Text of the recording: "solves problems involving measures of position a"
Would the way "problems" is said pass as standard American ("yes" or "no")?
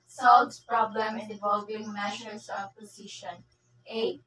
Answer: no